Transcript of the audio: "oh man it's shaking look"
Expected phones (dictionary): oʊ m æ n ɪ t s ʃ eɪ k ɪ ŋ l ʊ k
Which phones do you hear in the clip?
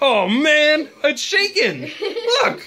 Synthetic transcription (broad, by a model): oʊ m æ n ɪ ʃ eɪ k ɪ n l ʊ k